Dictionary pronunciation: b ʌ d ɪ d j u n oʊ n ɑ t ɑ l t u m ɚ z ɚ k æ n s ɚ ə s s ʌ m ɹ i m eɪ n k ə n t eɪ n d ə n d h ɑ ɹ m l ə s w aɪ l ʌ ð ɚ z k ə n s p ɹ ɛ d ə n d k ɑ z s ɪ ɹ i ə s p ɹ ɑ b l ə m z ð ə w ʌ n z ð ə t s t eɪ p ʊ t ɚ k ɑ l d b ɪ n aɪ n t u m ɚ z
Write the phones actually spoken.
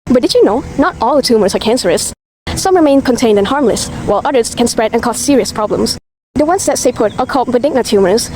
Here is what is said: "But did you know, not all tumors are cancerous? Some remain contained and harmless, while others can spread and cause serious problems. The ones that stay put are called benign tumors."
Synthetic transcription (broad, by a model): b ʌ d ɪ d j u n oʊ n ɑ t ɑ l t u m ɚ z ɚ k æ n s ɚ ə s s ʌ m ɹ i m eɪ n k ə n t eɪ n d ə n h ɑ ɹ m l ə s w aɪ l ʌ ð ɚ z k ə n s p ɹ ɛ d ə n k ɑ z s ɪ ɹ i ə s p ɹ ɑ b l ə m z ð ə w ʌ n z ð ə t s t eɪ p ʊ t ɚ k ɑ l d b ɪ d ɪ n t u m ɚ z